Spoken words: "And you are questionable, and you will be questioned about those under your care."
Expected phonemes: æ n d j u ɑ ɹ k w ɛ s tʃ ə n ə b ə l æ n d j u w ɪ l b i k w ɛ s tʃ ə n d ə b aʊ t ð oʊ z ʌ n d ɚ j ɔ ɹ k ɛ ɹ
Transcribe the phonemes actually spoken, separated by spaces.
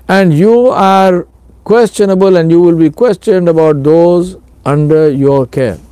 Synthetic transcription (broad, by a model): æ n d j u ɑ ɹ k w ɛ s tʃ ə n ə b ə l æ n d j u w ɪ l b i k w ɛ s tʃ ə n d ə b aʊ t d oʊ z ʌ n d ɚ j ɔ ɹ k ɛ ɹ